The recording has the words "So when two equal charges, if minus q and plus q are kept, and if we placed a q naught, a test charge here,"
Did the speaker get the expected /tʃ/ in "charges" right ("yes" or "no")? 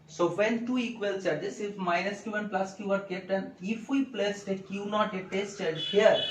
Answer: no